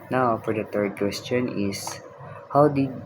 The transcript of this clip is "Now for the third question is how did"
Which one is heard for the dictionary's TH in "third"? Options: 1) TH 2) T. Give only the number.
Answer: 2